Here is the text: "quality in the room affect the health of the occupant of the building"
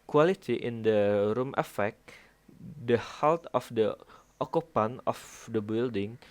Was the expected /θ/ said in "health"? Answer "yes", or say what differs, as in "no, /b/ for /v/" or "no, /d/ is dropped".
no, /t/ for /θ/